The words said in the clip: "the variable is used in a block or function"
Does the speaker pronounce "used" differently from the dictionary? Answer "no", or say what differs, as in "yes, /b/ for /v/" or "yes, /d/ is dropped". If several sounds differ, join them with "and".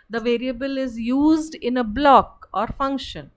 no